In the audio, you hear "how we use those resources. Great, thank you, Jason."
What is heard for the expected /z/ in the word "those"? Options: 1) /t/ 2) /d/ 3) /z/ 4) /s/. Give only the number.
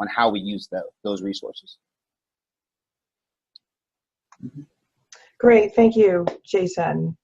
3